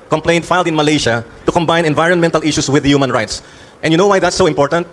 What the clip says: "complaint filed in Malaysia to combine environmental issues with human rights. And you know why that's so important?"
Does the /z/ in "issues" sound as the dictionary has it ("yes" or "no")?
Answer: no